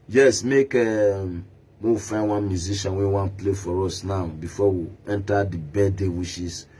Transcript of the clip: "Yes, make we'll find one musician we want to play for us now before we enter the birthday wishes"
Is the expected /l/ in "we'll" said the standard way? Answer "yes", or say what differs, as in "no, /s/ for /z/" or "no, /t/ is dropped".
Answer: no, /w/ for /l/